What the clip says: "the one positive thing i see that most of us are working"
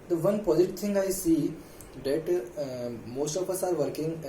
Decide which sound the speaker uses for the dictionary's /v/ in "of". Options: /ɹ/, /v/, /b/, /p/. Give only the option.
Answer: /p/